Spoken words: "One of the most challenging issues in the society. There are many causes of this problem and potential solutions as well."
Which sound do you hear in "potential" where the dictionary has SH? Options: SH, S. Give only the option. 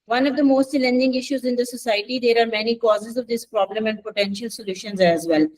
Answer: SH